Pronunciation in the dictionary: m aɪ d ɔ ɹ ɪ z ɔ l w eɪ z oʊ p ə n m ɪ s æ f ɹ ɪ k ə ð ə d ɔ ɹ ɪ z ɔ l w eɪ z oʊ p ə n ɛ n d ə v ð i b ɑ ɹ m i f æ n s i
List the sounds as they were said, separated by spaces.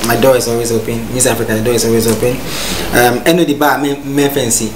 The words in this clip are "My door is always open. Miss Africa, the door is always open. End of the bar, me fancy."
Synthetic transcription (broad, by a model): m aɪ d ɔ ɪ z ɔ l w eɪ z oʊ p ə n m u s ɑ f ɹ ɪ k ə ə d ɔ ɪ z ɔ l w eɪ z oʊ p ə n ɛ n ə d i b ɑ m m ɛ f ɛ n s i